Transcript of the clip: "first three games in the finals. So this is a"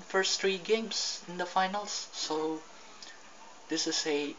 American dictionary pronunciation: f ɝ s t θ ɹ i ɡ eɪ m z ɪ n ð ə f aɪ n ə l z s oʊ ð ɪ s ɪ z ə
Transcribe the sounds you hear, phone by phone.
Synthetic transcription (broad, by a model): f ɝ s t ɹ i ɡ eɪ m s ɪ n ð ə f aɪ n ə l s oʊ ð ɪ s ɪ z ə